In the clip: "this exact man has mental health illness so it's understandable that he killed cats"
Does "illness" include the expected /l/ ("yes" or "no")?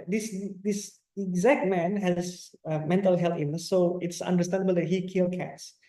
no